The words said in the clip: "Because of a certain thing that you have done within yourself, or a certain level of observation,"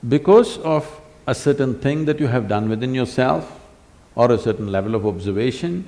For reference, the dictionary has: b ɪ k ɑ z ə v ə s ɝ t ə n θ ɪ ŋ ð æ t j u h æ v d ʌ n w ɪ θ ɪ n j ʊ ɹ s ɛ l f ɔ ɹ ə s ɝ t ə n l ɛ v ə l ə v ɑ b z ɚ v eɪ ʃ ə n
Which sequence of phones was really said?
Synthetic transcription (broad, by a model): b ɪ k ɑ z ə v ə s ɝ t ə n t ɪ ŋ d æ t j u h æ v d ʌ n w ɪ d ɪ n j ʊ ɹ s ɛ l f ɔ ɹ ə s ɝ t ə n l ɛ v ə l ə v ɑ b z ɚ v eɪ ʃ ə n